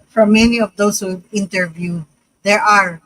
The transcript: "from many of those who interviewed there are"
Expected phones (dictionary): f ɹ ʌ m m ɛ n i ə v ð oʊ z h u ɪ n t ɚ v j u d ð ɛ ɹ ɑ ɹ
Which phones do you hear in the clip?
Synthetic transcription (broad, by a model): f ɹ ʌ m m ɛ n i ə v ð oʊ s h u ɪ n t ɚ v j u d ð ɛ ɹ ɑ ɹ